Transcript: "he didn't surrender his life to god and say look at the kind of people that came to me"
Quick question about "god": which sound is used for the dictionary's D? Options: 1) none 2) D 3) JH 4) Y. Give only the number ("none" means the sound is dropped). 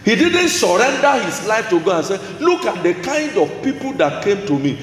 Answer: 1